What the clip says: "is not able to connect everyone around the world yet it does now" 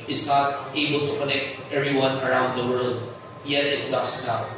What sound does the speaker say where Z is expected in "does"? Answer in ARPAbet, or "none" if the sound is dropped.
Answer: S